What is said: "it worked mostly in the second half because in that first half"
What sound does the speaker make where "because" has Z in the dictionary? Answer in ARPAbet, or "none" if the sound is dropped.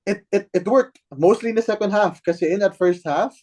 none